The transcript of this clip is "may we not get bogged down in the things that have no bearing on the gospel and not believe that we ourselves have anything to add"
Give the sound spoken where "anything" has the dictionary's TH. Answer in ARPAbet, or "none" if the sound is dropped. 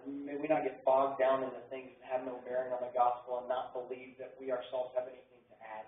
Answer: TH